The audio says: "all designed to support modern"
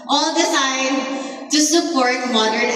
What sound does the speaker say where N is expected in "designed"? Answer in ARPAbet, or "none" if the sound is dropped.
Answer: none